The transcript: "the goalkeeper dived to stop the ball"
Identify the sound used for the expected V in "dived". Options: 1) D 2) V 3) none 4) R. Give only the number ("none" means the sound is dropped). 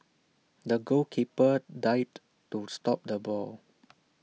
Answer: 3